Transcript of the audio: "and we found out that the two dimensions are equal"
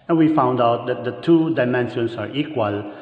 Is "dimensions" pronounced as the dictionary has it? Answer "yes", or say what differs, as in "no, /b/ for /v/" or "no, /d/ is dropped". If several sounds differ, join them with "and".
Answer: no, /s/ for /z/